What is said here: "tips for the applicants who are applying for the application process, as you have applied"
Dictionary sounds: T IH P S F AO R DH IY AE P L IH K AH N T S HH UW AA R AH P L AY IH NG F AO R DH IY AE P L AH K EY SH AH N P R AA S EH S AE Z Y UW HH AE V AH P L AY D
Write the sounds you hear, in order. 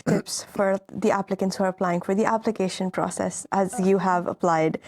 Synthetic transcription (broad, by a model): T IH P S F AO R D IY AE P L IH K AH N T S HH UW AA R AH P L AY IH NG F AO R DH IY AE P L AH K EY SH AH N P R AA S EH S AE Z Y UW HH AE V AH P L AY D